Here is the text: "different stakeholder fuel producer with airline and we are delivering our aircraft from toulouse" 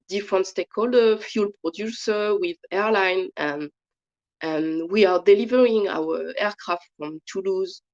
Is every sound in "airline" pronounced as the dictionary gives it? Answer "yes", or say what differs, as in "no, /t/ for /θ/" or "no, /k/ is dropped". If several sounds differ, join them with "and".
yes